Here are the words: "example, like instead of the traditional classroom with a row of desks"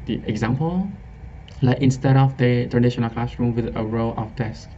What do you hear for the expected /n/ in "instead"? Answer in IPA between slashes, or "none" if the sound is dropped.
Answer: /n/